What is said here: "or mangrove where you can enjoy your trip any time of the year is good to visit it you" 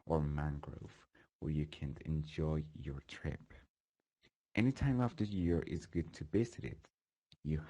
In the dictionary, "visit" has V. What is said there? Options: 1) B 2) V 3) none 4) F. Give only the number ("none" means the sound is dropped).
1